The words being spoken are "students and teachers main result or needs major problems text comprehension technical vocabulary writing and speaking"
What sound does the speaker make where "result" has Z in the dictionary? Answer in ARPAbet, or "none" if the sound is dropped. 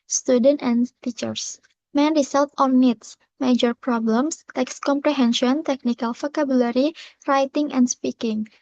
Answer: S